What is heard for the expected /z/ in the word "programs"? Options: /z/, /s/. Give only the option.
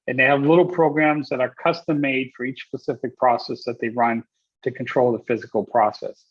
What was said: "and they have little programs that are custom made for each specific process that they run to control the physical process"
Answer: /z/